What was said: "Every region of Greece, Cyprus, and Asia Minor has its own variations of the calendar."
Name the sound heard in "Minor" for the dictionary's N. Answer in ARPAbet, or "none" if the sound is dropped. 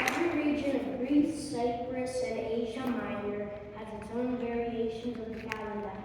none